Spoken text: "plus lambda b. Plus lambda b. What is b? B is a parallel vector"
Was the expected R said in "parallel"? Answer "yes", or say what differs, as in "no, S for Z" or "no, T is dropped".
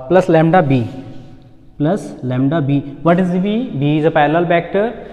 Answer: no, L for R